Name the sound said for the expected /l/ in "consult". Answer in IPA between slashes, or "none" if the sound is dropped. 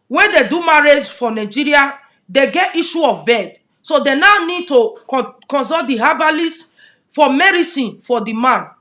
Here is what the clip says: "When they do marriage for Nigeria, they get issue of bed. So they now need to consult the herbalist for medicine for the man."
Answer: none